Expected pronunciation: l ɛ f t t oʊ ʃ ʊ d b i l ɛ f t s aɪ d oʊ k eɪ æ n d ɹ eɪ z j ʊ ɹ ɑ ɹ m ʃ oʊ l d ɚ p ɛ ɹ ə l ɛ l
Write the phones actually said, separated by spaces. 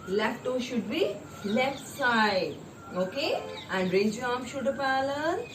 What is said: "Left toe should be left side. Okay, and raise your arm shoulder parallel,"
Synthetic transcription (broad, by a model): l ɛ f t t oʊ ʃ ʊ d b i l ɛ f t s aɪ d oʊ k eɪ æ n d ɹ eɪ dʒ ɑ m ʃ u d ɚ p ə l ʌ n